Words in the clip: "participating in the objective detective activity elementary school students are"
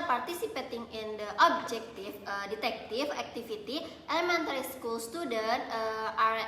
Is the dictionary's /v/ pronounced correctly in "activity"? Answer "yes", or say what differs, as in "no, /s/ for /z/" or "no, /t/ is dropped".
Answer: no, /f/ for /v/